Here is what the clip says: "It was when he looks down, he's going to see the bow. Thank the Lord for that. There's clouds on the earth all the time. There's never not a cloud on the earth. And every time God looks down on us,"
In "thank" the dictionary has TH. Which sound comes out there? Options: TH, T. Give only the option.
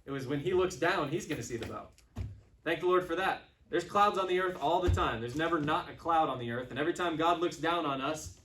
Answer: TH